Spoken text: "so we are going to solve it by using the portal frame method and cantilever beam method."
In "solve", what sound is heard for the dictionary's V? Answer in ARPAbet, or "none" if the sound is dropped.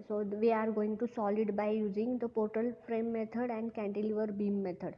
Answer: none